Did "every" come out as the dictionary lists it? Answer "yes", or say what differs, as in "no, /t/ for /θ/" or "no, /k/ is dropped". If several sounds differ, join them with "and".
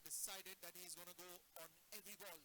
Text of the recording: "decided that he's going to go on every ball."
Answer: yes